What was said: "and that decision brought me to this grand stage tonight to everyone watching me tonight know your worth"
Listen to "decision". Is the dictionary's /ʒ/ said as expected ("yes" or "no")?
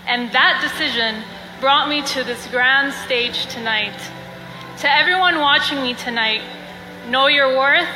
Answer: yes